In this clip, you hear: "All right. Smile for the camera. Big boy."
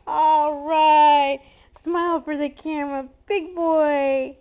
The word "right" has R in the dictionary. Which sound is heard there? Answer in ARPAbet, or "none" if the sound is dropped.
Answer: R